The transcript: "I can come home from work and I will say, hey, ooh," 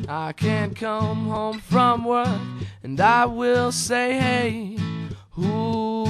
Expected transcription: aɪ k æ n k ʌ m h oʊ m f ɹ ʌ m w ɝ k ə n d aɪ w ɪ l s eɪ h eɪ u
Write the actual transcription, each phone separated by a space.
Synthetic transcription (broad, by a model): aɪ k æ n k ʌ m h oʊ m f ɹ ʌ m w ɝ ə n aɪ w ɪ l s eɪ h eɪ u